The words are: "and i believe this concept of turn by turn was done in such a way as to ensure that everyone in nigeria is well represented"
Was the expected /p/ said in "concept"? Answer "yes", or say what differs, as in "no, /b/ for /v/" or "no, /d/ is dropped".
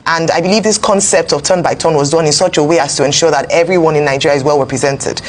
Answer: yes